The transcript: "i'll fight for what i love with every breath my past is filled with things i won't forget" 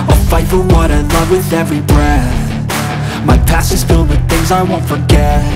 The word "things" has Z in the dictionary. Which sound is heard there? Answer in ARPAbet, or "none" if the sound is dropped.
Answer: Z